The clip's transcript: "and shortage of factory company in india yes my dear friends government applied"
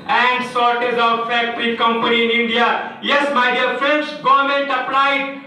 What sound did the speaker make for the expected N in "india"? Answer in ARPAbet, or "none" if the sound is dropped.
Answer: N